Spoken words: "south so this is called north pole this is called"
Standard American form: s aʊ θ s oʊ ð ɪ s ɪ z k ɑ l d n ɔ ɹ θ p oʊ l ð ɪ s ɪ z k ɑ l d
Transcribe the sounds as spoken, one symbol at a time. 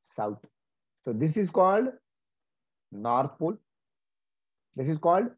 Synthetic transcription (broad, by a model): s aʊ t s oʊ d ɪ s ɪ z k ɑ l d n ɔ ɹ t p oʊ l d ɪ s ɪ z k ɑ l d